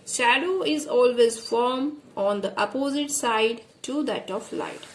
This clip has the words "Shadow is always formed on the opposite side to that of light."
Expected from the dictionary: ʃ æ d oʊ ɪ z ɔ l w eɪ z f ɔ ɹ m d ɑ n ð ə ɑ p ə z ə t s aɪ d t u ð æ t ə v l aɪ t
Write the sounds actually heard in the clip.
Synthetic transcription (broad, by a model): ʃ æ d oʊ ɪ z ɔ l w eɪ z f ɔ ɹ m ɑ n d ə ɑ p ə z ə t s aɪ d t u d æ t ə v l aɪ t